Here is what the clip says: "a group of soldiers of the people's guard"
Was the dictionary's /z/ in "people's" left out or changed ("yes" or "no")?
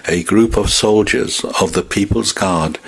no